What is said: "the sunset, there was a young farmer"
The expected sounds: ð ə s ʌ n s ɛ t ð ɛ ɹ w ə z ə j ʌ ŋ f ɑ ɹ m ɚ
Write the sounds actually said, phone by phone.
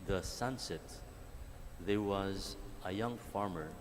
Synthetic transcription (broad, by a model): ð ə s ʌ n s ɛ t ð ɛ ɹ w ə z ə j ʌ ŋ f ɑ ɹ m ɚ